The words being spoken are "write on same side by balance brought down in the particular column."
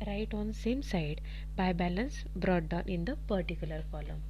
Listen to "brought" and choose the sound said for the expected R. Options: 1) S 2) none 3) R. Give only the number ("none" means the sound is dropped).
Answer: 3